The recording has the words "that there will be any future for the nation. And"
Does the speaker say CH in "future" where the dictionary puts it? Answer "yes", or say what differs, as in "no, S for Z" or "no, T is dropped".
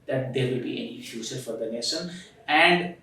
no, S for CH